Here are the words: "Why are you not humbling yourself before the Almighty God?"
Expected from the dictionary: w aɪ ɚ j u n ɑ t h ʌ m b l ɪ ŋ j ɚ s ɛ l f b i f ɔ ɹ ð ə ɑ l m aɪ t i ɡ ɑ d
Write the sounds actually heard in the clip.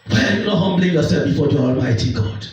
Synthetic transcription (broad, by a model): w aɪ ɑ j u n ɑ t h ʌ m b l ɪ ŋ j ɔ s ɛ l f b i f ɔ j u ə ɑ l m aɪ t i ɡ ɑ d